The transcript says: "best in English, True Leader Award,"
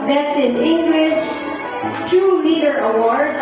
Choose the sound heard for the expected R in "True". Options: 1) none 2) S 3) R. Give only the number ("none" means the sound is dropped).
1